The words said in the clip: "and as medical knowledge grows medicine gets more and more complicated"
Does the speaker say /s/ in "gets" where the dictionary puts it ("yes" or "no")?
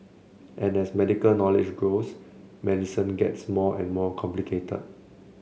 yes